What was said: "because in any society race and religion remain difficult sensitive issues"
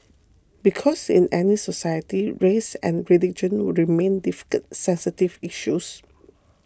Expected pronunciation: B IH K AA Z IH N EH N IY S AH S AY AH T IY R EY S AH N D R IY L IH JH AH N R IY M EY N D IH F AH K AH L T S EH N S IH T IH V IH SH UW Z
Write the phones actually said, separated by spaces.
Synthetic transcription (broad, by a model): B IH K AA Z IH N EH N IY S AH S AY AH T IY R EY S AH N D R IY L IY JH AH N R IY M EY N D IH F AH K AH T S EH N S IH T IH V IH SH UW S